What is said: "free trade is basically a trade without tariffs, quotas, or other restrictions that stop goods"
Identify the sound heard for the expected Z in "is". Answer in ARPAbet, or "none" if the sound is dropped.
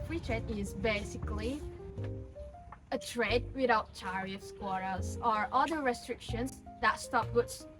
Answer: Z